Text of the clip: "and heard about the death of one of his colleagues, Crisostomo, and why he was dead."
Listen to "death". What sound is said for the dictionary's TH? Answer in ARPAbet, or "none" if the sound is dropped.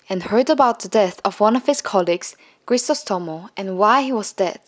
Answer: TH